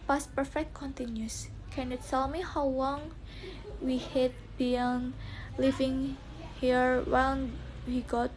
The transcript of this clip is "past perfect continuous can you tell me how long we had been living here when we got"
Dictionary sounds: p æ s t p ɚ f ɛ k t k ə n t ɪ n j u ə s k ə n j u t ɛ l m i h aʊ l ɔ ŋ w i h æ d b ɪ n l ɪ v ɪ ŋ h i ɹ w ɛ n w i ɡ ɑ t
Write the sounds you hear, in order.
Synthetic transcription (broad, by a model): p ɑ s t p ɚ f ɛ k t k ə n t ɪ n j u s k ə n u t ɛ l m i h aʊ l ɔ ŋ w i h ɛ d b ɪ n l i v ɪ ŋ h i ɹ w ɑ l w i ɡ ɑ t